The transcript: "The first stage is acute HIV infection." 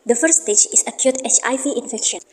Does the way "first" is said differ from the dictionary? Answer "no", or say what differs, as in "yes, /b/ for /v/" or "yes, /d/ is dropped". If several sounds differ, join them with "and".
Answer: yes, /s/ is dropped